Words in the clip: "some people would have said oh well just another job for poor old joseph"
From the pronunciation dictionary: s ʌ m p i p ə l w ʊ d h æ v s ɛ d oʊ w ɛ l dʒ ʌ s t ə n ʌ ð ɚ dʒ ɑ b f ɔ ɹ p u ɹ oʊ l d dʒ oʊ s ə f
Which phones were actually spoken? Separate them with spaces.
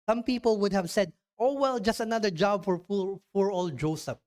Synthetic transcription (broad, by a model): s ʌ m p i p ə l w ʊ d h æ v s ɛ d oʊ w ɛ l dʒ ʌ s t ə n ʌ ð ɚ dʒ ɑ b f ɔ ɹ f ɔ ɹ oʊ l dʒ oʊ s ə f